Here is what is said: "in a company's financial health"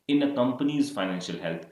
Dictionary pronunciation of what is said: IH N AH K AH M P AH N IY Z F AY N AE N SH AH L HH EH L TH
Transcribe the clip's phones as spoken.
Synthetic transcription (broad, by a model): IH N AH K AH M P AH N IY Z F AY N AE N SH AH L HH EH L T